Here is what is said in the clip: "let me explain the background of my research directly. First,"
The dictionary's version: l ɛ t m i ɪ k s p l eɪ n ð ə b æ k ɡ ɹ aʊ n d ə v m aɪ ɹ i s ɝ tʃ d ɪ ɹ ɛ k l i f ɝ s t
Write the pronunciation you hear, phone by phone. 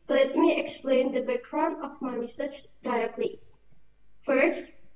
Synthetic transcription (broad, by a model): l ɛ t m i ɪ k s p l eɪ n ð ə b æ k ɹ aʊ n ə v m aɪ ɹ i s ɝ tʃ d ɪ ɹ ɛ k l i f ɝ s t